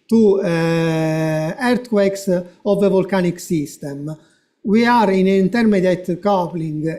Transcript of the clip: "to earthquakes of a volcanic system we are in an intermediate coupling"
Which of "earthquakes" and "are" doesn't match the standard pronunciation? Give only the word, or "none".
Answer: earthquakes